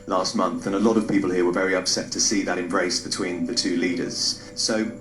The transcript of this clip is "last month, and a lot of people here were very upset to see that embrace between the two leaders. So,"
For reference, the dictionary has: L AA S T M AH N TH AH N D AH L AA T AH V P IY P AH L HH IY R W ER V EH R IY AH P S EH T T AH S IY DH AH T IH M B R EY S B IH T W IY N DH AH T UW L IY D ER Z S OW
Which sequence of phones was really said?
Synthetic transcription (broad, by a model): L AA S T M AH N TH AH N AH L AA T AH V P IY P AH L HH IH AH W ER V EH R IY AH P S EH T T AH S IY DH AH T IH M B R EY S B IH T W IY N DH AH T UW L IY D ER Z S OW